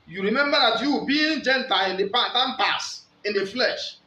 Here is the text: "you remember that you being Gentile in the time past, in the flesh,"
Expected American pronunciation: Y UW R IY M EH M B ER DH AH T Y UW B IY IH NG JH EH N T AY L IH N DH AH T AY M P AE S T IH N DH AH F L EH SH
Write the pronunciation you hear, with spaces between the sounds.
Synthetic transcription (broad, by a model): Y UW R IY M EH M B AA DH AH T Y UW B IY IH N JH EH N T AY L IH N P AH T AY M P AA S IH N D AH F L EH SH